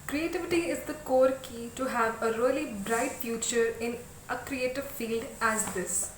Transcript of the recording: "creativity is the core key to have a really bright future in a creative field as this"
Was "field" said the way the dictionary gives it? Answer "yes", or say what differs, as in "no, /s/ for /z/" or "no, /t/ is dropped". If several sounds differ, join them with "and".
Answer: yes